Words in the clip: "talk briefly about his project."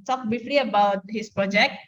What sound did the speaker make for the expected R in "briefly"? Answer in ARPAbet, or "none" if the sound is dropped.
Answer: none